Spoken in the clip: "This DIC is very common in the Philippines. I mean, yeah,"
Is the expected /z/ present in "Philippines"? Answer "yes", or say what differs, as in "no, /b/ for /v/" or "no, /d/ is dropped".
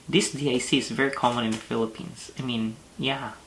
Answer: no, /s/ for /z/